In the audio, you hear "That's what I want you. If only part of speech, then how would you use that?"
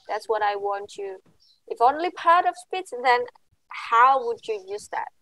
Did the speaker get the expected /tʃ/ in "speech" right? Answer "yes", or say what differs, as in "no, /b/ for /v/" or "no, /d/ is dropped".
no, /s/ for /tʃ/